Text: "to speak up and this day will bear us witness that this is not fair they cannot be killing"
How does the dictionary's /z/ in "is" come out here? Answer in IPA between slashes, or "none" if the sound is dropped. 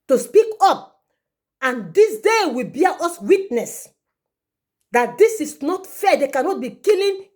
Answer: /s/